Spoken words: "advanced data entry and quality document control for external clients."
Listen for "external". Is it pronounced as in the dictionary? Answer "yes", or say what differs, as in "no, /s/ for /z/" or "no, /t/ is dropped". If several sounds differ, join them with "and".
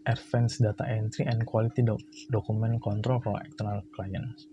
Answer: no, /s/ is dropped